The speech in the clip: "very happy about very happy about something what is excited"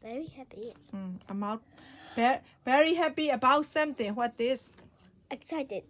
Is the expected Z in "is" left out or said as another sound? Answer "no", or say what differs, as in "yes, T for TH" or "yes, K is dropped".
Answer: yes, S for Z